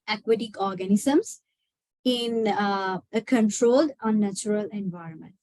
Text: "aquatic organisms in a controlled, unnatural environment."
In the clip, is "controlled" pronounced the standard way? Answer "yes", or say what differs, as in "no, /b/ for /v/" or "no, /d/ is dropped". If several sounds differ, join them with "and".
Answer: yes